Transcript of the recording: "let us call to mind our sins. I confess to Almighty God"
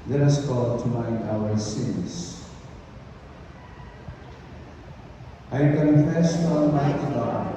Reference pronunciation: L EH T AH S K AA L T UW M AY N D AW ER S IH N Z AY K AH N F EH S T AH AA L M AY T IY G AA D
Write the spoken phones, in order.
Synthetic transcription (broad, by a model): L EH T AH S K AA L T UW M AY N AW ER S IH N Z AY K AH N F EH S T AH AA N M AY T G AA